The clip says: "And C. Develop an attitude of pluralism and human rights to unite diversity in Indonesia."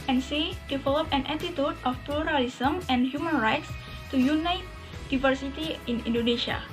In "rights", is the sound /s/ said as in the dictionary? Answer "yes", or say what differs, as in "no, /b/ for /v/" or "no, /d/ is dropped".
yes